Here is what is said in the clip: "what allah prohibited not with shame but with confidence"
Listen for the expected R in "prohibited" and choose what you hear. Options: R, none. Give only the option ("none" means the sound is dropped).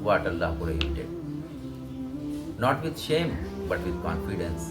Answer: none